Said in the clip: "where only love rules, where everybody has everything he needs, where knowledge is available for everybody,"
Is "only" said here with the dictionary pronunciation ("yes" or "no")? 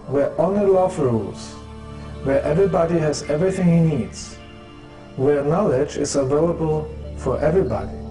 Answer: no